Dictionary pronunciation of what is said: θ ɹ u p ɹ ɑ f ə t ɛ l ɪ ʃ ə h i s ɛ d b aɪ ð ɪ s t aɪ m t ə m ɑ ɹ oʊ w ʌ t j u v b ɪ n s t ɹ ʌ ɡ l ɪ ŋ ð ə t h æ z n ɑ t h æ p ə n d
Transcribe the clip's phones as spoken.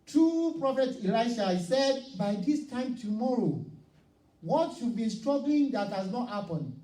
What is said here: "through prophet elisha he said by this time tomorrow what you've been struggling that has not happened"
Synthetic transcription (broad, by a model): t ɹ u p ɹ ɑ f ə t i l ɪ ə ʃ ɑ s ɛ d b aɪ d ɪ s t aɪ m t ə m ɑ ɹ oʊ w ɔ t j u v b ɪ n s t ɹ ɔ ɡ l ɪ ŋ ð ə t h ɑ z n ɑ t h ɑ p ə n